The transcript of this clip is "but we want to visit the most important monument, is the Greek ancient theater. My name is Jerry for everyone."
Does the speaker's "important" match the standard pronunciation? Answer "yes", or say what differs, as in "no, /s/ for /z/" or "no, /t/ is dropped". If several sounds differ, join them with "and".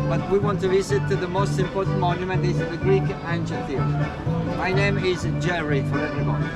no, /l/ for /n/